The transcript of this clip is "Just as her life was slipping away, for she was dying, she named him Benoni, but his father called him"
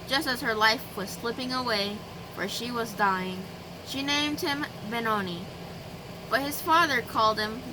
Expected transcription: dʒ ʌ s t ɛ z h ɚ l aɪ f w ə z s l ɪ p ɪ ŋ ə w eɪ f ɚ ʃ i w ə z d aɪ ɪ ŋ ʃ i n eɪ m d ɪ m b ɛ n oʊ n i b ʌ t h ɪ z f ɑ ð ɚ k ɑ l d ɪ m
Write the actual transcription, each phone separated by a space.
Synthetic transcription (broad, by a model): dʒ ʌ s t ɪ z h ɚ l aɪ f w ə z s l ɪ p ɪ ŋ ə w eɪ f ɚ ʃ i w ə z d aɪ ɪ ŋ ʃ i n eɪ m d ɪ m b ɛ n oʊ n i b ʌ t h ɪ z f ɑ ð ɚ k ɑ l d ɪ m